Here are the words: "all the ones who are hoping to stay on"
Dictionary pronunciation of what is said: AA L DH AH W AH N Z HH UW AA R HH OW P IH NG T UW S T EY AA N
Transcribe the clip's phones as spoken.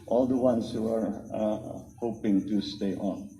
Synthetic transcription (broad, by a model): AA L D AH W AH N S HH UW AA R HH OW P IH NG T UW S T EY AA N